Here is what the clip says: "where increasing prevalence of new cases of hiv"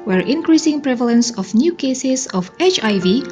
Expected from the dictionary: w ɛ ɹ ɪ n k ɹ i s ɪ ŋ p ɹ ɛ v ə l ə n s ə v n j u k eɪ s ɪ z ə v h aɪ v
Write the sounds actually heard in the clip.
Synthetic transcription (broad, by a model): w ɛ ɹ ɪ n k ɹ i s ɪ ŋ p ɹ ɛ v ə l ə n s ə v n j u k eɪ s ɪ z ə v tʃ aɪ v